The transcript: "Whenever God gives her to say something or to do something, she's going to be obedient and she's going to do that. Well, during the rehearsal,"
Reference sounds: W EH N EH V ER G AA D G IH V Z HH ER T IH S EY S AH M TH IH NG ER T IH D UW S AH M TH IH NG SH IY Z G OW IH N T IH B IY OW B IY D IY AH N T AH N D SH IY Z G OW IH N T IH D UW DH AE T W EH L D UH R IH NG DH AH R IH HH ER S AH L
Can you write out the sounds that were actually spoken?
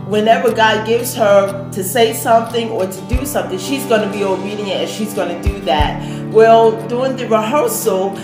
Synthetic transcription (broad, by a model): W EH N EH V ER G AA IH G IH V Z HH ER T IH S EY S AH M TH IH NG ER T IH D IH S AH M TH IH NG SH IY Z G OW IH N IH B IY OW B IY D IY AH T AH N SH IY Z G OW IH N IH D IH DH AE T W EH L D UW IH NG DH AH R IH HH ER S L